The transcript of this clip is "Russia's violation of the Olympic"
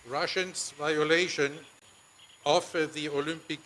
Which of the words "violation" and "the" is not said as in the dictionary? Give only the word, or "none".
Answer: none